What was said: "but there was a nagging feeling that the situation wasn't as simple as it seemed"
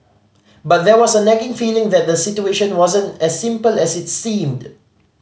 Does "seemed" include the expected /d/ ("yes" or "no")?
yes